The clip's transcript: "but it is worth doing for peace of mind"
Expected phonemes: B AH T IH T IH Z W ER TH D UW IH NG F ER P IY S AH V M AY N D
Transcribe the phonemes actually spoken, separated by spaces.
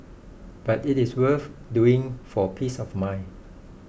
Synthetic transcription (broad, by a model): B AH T IH T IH S W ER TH D UW IH NG F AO P IY S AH F M AY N